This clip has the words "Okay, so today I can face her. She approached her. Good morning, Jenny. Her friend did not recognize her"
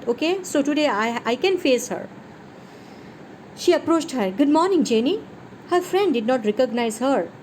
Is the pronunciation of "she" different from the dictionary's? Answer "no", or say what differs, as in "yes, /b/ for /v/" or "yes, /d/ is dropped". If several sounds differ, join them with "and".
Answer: no